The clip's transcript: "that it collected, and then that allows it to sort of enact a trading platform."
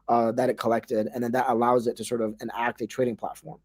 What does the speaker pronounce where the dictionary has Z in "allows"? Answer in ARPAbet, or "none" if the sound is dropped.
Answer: Z